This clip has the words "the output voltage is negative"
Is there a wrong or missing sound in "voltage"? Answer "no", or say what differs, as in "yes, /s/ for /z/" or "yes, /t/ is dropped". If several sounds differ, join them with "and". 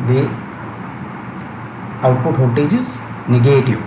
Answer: yes, /l/ is dropped